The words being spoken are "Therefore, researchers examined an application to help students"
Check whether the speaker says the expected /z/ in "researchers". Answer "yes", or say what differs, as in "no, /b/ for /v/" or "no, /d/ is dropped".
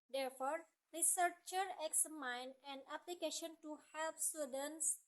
no, /z/ is dropped